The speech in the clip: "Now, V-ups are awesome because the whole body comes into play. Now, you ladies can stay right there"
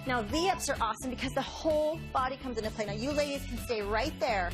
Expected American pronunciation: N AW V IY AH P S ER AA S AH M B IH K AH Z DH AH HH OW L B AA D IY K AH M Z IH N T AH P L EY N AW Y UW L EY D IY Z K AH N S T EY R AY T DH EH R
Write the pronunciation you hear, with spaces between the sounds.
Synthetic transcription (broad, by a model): N AW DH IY AH P S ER AA S AH M B IH K AH Z DH AH HH OW L B AA D IY K AH M Z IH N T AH P L EY N AW Y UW L EY D IY Z K N S T EY R AY T DH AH R